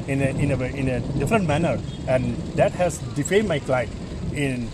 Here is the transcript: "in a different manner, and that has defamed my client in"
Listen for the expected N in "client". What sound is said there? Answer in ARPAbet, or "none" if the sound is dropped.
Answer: none